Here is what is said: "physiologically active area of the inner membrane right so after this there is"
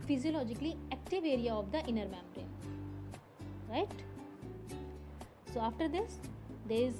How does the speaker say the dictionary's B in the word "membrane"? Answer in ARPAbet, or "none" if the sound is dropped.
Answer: none